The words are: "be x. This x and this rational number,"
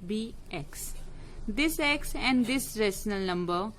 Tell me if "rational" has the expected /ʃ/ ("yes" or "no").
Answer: no